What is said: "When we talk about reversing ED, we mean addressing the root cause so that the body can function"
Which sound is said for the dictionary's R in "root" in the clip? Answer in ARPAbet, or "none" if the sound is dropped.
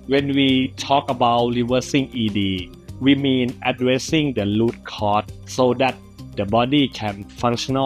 L